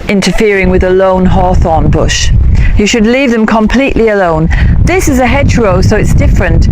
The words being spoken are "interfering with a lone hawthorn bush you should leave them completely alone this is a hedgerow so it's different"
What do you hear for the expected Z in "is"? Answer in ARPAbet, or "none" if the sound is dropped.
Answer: Z